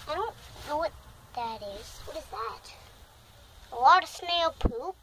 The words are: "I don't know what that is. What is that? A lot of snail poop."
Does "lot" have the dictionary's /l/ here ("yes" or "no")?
no